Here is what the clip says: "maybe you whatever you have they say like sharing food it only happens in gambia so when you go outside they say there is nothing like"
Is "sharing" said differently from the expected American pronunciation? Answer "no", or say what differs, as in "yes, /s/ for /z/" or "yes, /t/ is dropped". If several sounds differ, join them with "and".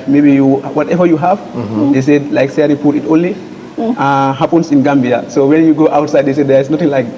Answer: yes, /s/ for /ʃ/